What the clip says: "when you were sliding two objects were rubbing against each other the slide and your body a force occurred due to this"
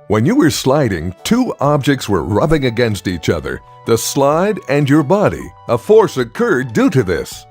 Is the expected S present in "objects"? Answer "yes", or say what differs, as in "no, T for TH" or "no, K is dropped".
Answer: yes